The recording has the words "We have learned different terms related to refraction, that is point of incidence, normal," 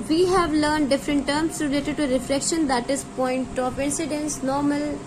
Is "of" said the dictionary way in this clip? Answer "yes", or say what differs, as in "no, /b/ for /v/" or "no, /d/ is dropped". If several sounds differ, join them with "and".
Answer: no, /p/ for /v/